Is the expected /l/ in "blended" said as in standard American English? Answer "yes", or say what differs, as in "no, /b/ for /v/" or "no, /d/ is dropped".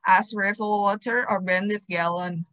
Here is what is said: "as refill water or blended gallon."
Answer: no, /l/ is dropped